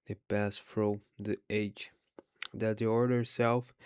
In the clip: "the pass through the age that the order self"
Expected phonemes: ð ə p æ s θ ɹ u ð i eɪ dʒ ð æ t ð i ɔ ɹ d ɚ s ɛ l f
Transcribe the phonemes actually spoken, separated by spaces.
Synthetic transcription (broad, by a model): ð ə p æ s f ɹ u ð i eɪ dʒ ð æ t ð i ɔ ɹ d ɚ s ɛ l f